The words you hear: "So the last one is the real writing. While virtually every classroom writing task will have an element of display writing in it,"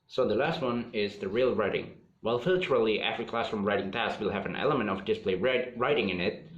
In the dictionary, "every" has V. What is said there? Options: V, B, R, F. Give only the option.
F